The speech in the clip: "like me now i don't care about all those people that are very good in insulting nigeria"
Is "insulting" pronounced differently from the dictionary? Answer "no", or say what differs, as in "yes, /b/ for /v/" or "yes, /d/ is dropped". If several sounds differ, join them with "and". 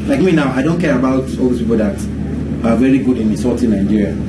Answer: yes, /n/ is dropped and /l/ is dropped